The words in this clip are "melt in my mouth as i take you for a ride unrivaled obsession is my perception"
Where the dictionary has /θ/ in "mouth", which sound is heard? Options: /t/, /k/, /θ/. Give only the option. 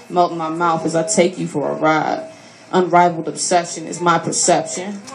/θ/